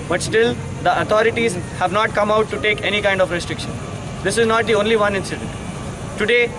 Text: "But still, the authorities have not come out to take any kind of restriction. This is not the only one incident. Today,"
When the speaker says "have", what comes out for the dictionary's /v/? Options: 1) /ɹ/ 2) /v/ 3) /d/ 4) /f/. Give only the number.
2